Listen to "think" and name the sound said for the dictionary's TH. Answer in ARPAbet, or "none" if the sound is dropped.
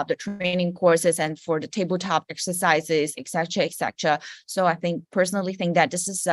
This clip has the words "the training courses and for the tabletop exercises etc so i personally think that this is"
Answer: TH